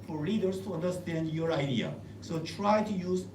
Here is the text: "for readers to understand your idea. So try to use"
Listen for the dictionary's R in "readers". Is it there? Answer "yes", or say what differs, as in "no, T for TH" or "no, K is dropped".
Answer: no, L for R